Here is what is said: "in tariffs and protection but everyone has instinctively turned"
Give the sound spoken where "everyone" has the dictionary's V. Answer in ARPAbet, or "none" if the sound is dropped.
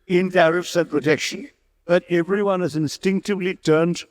V